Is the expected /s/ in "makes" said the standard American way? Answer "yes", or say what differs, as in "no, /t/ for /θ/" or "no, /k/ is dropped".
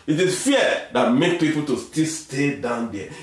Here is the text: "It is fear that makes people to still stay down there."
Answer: no, /s/ is dropped